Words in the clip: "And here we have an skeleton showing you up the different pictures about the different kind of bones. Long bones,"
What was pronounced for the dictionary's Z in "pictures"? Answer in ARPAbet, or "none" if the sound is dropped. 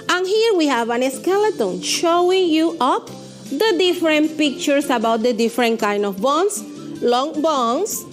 S